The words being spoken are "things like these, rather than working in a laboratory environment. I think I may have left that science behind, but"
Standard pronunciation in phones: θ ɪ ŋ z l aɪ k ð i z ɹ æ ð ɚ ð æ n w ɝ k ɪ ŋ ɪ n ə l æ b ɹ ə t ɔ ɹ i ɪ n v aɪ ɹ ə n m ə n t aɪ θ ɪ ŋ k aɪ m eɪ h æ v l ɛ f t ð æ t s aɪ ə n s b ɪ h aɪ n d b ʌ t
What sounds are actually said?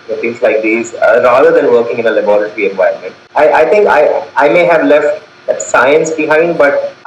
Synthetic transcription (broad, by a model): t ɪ ŋ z l aɪ k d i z ɹ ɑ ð ɚ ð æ n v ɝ k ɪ ŋ ɪ n ə l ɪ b ɹ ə t ɹ i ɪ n v aɪ ə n m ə n t aɪ t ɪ ŋ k aɪ m eɪ h æ v l ɛ f t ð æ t s aɪ ə n s b ɪ h aɪ n d b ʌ t